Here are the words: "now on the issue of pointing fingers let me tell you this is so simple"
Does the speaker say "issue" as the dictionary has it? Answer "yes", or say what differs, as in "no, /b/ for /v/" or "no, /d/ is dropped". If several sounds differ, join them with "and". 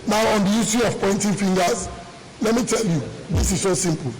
no, /s/ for /ʃ/